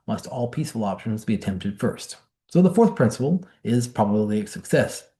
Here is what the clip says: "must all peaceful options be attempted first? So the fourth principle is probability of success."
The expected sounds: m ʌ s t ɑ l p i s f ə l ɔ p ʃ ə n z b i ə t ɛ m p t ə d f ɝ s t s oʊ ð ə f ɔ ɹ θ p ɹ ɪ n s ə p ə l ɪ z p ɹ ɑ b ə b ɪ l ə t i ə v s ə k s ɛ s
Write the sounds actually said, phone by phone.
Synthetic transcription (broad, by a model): m ʌ s t ɑ l p i s f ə l ɔ p ʃ ə n z b i ə t ɛ m p t ə d f ɝ s t s oʊ ð ə f ɔ ɹ θ p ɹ ɪ n s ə p l ɪ z p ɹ ɑ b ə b l i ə s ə k s ɛ s